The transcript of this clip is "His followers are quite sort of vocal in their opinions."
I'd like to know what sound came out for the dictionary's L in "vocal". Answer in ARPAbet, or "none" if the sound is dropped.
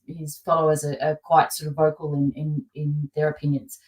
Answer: N